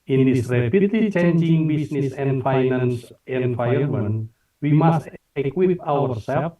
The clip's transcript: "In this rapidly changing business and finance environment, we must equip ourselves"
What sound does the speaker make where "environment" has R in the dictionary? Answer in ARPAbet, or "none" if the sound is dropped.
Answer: none